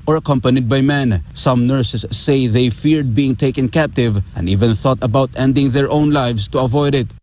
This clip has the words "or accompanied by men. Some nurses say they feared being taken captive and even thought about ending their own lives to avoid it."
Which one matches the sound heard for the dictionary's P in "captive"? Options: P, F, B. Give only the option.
P